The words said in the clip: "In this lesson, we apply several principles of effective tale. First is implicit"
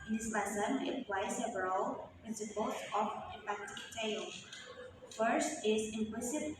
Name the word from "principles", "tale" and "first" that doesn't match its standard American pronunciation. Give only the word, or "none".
principles